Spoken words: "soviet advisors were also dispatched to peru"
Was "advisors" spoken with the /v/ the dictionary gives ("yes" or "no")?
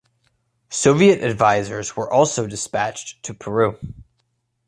yes